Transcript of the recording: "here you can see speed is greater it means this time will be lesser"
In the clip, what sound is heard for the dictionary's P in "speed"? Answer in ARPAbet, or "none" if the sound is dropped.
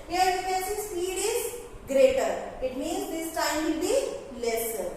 none